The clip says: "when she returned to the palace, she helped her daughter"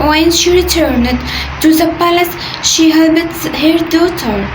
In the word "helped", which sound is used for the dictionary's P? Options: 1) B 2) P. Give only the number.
1